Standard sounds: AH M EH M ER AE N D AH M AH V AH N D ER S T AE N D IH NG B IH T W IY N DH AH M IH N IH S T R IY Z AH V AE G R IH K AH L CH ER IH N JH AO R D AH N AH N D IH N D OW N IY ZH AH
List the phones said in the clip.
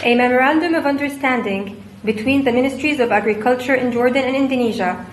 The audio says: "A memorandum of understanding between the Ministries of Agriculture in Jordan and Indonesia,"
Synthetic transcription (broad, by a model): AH M EH M ER AE N D AH M AH V AH N D ER S T AE N D IH NG B IH T W IY N DH AH M IH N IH S T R IY Z AH V AE G R IH K AH L CH ER IH N JH AO R D AH N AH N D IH N D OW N IY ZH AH